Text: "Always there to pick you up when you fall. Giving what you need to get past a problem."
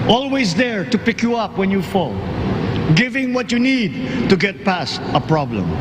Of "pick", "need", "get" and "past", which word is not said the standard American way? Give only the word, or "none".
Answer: none